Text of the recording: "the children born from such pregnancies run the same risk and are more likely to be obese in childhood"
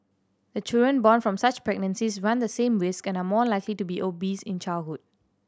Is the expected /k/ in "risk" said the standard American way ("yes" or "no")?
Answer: yes